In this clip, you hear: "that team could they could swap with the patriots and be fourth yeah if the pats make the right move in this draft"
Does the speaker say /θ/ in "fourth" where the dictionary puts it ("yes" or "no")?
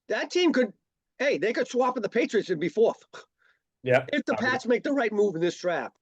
yes